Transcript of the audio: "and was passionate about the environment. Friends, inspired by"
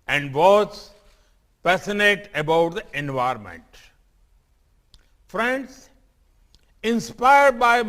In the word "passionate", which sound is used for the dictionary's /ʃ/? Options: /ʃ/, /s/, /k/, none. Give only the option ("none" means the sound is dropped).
/s/